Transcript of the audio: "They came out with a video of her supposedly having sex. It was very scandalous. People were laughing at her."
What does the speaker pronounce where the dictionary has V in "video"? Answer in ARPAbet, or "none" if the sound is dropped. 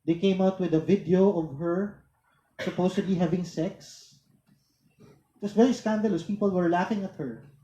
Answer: V